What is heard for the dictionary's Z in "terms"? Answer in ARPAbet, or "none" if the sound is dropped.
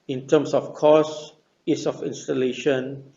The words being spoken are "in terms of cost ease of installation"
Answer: S